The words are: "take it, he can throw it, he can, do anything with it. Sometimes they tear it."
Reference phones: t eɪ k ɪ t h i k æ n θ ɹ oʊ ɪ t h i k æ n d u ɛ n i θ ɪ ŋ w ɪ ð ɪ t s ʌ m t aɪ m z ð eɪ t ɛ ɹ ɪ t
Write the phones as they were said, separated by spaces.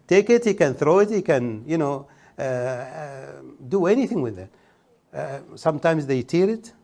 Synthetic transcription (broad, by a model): t eɪ k ɪ t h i k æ n θ ɹ oʊ ɪ t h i k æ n d u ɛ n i θ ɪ ŋ w ɪ ð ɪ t s ʌ m t aɪ m z ð eɪ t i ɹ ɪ t